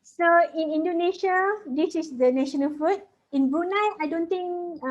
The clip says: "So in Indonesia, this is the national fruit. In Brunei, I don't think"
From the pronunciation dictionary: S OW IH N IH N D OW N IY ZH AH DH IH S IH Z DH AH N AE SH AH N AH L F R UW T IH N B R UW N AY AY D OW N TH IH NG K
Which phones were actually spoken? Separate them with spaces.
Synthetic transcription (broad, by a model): S OW IH N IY N D OW N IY SH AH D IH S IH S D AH N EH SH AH N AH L F UW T IH N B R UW N AY AY D OW N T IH NG K